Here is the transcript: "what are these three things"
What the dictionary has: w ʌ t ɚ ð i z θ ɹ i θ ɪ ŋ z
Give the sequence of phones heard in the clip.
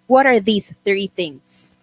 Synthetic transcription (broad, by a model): w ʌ t ɚ ð i z θ ɹ i θ ɪ ŋ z